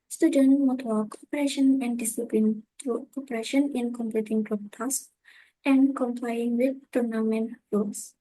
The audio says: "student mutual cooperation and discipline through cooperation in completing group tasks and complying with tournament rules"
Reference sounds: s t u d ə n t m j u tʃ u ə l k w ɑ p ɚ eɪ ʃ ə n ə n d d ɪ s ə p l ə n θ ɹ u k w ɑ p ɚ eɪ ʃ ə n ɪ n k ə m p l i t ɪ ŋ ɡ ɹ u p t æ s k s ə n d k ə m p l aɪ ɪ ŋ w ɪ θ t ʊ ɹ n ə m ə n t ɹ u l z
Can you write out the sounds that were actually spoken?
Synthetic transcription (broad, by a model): s t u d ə n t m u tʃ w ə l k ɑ p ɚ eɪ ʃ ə n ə n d d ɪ s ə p l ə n t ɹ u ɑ p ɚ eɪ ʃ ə n ɪ n k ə m p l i t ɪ ŋ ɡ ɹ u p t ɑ s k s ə n k ə m p l aɪ ɪ ŋ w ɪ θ t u ɹ n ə m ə n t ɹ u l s